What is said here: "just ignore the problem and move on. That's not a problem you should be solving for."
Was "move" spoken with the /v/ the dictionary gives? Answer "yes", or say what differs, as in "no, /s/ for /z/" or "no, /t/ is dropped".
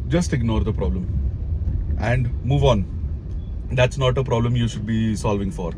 yes